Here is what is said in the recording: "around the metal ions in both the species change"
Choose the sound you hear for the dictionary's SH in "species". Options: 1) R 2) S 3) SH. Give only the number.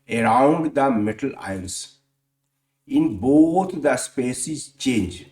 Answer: 2